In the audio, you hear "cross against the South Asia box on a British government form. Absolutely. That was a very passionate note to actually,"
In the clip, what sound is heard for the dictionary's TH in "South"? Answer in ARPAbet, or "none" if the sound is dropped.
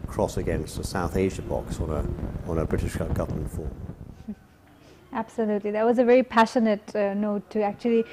TH